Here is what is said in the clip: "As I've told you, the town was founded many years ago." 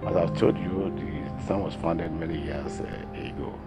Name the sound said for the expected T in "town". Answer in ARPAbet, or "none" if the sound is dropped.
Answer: S